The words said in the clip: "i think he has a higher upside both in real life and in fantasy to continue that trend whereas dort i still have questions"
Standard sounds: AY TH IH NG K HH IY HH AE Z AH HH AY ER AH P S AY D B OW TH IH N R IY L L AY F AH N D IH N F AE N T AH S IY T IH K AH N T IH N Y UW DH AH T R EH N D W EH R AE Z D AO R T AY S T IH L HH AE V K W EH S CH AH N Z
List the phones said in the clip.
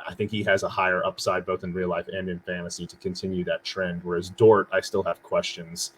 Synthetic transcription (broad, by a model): AY TH IH NG K HH IY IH Z AH HH AY ER AH P S AY D B OW TH IH N R IY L L AY F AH N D IH N F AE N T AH S IY T IH K AH N T IH N Y UW DH AH T R EH N D W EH R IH Z D AO R T AY S T IH L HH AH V K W EH S CH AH N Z